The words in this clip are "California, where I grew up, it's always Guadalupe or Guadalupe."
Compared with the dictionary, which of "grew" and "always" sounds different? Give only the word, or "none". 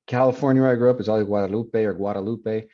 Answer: always